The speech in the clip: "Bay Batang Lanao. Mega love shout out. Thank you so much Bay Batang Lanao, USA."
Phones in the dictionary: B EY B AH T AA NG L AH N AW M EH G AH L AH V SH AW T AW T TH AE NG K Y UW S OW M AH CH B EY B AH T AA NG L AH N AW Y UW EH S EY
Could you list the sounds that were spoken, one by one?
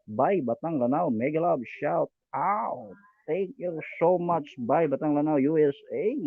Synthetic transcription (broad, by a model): B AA B AH T AA NG L AH N AW M EH G AH L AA B SH AW T AW T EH NG K Y UW S OW M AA CH B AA B AH T AA NG L AH N AW Y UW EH S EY